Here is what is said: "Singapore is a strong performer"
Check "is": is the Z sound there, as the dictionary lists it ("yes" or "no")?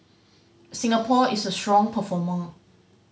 no